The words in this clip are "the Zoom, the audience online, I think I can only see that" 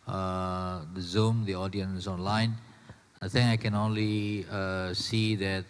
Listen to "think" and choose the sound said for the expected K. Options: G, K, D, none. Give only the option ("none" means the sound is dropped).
none